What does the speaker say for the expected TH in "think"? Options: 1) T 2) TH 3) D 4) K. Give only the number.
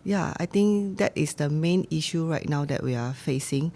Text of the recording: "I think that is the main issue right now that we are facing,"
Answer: 1